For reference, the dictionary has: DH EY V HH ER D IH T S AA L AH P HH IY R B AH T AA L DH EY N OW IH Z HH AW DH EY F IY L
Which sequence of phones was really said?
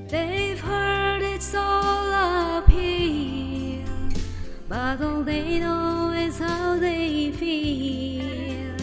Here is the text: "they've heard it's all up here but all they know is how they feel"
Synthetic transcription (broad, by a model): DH EY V HH ER D IH T S AA L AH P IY L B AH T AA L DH EY N OW IH Z HH AW DH EY F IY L